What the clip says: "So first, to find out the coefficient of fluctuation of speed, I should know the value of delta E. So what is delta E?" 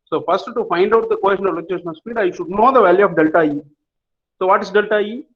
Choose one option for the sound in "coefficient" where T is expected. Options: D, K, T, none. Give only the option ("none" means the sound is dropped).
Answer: none